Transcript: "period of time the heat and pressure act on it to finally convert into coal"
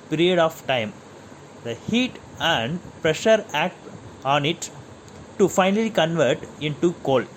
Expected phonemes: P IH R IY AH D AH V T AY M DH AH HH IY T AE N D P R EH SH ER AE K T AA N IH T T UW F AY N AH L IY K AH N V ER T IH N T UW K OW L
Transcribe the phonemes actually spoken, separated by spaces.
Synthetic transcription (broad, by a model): P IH R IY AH D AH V T AY M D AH HH IY T AE N D P R EH SH ER AE K T AA N IH T T UW F AY N AH L IY K AH N V ER T IH N T UW K OW L